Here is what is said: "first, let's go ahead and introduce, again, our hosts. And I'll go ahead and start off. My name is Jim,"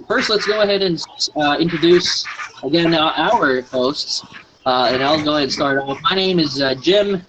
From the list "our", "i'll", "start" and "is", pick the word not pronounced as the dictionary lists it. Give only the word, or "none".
none